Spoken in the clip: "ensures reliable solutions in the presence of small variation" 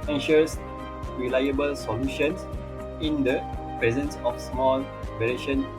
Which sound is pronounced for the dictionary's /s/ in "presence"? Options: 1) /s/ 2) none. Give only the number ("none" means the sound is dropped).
1